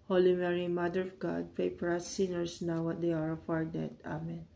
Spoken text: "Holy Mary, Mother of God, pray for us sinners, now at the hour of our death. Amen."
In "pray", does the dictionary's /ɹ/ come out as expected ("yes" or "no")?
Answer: no